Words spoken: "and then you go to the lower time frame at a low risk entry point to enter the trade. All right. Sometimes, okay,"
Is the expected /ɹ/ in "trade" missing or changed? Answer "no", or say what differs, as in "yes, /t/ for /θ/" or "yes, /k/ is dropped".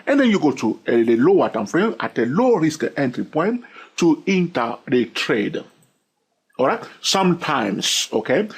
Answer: no